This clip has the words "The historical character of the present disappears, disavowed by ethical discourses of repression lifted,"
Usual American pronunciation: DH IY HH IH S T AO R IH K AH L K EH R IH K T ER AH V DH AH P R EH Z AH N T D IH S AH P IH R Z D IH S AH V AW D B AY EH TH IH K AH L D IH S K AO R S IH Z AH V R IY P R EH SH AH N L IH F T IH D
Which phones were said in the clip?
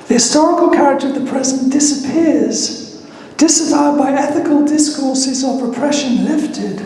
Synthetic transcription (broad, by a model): DH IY HH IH S T AO R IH K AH L K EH R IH K T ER AH V DH AH P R EH Z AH N D IH S AH P IH R Z D IH S AH V AW D B AY EH TH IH K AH L D IH S K AO R S IH Z AH V R IY P R EH SH AH N L IH F T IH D